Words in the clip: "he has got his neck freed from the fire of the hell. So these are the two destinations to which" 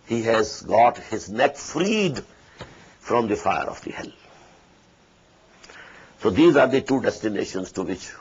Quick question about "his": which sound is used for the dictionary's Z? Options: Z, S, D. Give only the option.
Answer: Z